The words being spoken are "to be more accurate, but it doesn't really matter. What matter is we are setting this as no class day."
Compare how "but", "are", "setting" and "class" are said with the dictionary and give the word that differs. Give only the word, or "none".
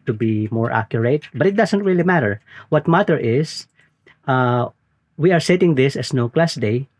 none